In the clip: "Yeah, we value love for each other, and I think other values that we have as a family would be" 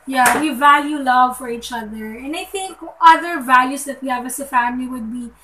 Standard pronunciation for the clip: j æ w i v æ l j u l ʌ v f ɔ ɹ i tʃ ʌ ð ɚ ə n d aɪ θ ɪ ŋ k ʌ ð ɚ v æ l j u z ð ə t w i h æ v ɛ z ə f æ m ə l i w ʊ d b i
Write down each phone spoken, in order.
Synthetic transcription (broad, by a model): j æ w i v æ l j u l ʌ v f ɔ ɹ i tʃ ʌ ð ɚ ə n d aɪ θ ɪ ŋ k ʌ ð ɚ v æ l j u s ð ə t w i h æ v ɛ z ə f æ m ə l i w ʊ d b i